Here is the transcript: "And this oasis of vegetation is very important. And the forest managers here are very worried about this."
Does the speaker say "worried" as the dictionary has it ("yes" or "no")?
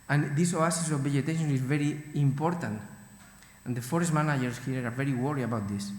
no